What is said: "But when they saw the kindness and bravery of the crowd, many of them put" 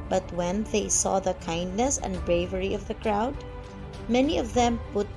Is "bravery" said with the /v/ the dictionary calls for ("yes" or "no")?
yes